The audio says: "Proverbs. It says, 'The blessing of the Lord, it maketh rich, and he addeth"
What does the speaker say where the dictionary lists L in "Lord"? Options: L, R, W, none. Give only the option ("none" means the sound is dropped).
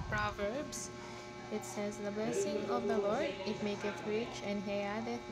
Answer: L